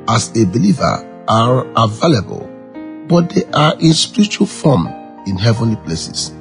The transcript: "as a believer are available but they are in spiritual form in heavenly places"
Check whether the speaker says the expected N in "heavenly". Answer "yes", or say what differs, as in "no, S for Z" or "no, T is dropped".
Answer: yes